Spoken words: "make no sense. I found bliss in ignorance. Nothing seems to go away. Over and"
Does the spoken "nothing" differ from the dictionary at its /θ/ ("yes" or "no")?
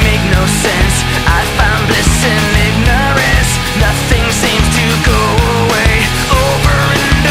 no